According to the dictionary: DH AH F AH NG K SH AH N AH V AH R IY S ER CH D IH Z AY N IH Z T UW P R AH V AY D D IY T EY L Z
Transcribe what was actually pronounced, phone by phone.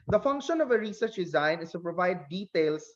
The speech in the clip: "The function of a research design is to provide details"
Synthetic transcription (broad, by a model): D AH F AH NG K SH AH N AH V AH R IY S ER CH D IH Z AY N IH S T UW P R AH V AY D D IY T EY L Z